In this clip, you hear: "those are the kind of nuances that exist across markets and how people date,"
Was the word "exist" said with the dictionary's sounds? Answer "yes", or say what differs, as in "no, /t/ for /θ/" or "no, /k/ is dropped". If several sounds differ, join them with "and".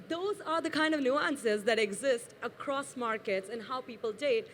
yes